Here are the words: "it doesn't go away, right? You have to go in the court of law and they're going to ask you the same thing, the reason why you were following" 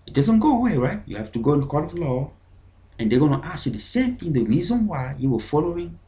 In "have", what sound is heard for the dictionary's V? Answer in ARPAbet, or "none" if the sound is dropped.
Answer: F